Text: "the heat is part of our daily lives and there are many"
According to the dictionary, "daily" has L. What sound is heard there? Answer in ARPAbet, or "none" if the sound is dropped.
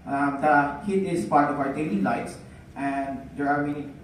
N